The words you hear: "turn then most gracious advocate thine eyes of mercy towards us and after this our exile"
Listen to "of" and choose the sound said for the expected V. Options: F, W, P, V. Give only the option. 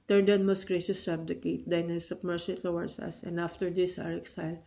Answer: P